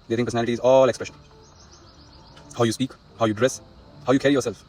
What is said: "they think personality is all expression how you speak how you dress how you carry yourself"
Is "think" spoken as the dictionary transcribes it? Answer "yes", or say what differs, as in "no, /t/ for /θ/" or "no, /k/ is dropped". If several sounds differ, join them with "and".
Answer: no, /t/ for /θ/